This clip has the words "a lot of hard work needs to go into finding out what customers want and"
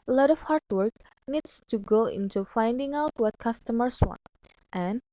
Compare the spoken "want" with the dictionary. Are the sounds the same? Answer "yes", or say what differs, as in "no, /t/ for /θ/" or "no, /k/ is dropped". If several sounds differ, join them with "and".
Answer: yes